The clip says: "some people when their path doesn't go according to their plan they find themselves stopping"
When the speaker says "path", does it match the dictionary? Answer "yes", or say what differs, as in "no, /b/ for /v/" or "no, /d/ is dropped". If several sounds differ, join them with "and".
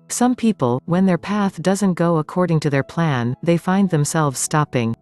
yes